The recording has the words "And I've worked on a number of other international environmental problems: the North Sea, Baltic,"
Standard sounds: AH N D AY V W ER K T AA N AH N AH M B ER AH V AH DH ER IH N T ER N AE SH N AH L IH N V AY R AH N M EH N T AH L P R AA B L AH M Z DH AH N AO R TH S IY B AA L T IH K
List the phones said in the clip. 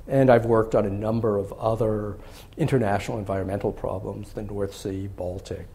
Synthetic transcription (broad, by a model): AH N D AY V W ER K T N AH N AH M B ER AH V AH DH ER IH N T ER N AE SH N L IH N V AY R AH N M EH N T L P R AA B L AH M Z DH AH N AO R TH S IY B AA L T IH K